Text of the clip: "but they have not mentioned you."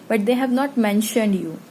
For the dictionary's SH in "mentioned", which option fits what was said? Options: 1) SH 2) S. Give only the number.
1